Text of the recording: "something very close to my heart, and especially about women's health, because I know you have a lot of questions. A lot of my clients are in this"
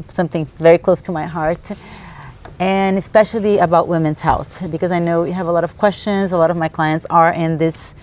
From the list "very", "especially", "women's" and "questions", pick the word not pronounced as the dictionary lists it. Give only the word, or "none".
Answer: none